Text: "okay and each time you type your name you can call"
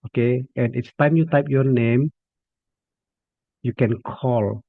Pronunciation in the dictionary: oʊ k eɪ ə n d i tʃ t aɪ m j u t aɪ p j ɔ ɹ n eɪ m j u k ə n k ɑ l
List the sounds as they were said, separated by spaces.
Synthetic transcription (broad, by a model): oʊ k eɪ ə n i s t aɪ m j u t aɪ p j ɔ n eɪ m j u k ə n k ɑ l